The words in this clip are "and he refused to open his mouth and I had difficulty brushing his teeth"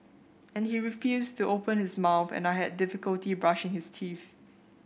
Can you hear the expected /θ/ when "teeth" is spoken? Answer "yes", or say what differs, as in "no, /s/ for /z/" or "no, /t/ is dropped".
yes